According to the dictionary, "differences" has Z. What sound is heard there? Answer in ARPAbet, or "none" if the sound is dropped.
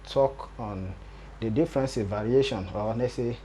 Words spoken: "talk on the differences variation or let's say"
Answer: none